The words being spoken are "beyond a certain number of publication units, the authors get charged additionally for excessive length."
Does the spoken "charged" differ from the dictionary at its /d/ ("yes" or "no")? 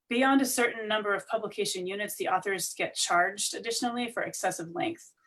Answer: no